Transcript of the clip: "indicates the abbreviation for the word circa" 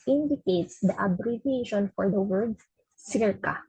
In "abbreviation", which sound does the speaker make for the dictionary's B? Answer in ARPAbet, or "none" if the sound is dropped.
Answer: B